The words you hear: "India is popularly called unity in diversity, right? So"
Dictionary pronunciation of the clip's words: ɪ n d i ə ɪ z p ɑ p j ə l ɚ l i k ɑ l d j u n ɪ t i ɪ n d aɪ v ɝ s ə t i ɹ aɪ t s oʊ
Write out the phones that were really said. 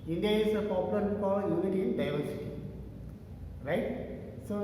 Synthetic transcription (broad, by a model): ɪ n d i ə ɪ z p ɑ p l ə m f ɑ d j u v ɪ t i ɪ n d aɪ v ɝ s ə t i ɹ aɪ t s oʊ